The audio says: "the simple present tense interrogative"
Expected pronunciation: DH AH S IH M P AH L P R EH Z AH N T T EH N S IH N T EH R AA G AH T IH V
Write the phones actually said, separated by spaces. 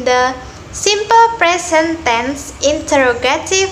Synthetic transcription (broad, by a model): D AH S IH M P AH L P R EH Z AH N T T EH N S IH N T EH R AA G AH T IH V